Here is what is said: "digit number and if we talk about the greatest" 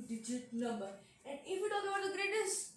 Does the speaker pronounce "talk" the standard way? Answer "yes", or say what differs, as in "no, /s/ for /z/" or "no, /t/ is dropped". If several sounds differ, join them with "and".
no, /k/ is dropped